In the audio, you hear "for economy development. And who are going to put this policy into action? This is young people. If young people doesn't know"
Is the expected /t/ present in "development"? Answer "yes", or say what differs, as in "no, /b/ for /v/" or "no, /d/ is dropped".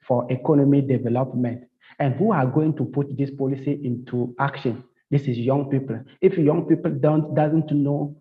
yes